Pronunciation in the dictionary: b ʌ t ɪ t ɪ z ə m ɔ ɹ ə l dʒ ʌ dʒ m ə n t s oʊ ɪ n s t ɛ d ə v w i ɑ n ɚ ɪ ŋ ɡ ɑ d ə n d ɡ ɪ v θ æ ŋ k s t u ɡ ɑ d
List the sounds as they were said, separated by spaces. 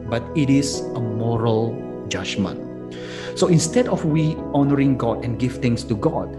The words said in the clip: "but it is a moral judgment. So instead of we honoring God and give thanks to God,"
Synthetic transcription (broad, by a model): b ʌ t ɪ t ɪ s ə m ɔ ɹ ə l dʒ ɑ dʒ m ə n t s oʊ ɪ n s t ɛ d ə f w i ɑ n ɚ ɪ ŋ ɡ ɑ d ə n ɡ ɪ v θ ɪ ŋ s t u ɡ ɑ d